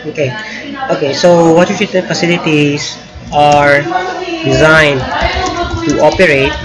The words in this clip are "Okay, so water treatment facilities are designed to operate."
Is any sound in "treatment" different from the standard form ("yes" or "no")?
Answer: yes